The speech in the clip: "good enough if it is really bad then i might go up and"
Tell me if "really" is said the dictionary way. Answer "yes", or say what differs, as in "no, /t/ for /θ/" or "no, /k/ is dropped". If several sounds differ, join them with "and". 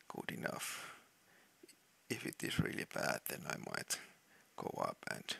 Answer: yes